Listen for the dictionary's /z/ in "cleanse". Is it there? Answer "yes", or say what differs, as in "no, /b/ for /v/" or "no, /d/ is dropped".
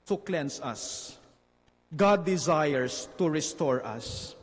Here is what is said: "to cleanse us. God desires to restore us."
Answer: no, /s/ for /z/